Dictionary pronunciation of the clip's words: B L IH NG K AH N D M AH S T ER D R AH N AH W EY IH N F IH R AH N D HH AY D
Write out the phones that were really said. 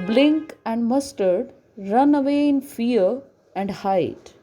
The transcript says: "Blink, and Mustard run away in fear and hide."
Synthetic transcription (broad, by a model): B L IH NG K AH N D M AH S T ER D R AH N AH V EY IH N F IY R AH N D HH AY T